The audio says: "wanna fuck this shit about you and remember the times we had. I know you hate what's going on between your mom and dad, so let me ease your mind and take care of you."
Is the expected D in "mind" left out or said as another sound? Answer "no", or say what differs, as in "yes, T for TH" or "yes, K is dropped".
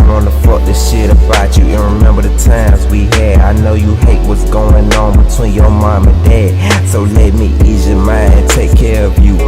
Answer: yes, D is dropped